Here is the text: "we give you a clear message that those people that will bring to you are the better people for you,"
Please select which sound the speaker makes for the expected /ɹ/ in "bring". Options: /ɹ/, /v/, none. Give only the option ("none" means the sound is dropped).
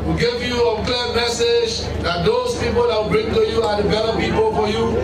/ɹ/